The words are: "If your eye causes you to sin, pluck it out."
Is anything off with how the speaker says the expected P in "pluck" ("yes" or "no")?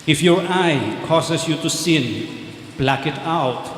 yes